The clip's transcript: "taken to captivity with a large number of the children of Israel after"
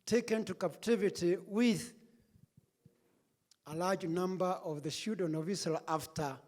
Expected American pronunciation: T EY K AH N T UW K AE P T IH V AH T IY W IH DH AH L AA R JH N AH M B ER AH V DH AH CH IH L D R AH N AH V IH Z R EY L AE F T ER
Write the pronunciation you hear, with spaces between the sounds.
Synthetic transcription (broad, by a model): T EY K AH N T UW K AE P T IH V AH T IY W IH DH AH L AA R JH N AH M B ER AH V DH AH SH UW D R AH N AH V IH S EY L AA F T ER